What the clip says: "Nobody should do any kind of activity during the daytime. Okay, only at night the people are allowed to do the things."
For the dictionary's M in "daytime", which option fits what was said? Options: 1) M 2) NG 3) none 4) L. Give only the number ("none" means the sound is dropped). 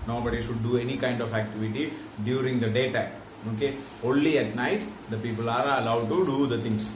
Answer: 3